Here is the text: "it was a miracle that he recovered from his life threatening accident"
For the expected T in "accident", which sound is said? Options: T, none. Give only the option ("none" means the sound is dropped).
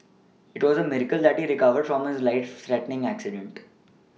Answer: T